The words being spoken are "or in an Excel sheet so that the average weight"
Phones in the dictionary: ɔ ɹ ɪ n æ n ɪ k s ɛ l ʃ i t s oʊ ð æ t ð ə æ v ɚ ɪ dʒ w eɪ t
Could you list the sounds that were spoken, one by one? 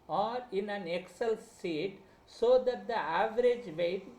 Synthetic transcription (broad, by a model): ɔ ɹ ɪ n æ n ɪ k s ɛ l s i t s oʊ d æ t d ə æ v ɚ ɪ dʒ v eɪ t